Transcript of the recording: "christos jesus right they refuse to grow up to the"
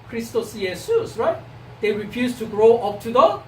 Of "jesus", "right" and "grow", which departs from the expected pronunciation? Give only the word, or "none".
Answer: jesus